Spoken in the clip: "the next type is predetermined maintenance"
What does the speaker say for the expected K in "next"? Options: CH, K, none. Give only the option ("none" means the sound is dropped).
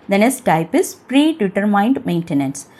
none